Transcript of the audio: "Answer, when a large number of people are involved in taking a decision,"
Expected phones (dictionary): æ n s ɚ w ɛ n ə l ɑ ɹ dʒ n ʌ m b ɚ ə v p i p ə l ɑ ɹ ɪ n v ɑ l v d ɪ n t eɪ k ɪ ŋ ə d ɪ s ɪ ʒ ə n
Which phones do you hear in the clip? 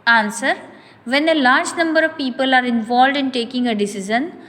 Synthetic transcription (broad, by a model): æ n s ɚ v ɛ n ə l ɑ ɹ dʒ n ʌ m b ɚ ə v p i p ə l ɑ ɹ ɪ n v ɑ l v d ɪ n t eɪ k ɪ ŋ ə d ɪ s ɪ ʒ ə n